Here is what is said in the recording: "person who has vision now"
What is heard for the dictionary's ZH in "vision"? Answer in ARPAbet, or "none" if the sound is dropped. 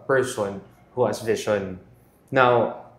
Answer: SH